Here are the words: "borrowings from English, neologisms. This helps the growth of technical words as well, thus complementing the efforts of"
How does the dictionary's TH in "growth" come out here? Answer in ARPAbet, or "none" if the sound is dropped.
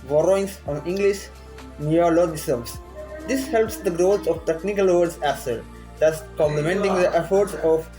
S